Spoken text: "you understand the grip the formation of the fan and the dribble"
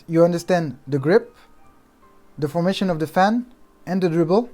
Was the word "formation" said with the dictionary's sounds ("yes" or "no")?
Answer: yes